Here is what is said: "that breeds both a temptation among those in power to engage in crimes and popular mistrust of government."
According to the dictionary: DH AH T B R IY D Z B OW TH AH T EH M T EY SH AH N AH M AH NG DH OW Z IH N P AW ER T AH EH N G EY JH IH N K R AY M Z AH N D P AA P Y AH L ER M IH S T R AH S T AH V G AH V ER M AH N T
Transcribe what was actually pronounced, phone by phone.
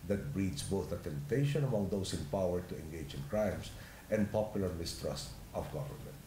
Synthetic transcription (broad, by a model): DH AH T B R IY D S B OW TH AH T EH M T EY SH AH N AH M AH NG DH OW S IH N P AW ER T AH EH N G EY JH IH N K R AY M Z AH N D P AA P Y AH L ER M IH S T R AH S T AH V G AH V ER M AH N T